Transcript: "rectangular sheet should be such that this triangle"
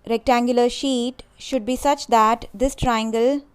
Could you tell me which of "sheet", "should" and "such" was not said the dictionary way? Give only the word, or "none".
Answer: none